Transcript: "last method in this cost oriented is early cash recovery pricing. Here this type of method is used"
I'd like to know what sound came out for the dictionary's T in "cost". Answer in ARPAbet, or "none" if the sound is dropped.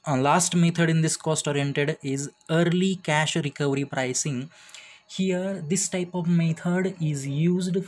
T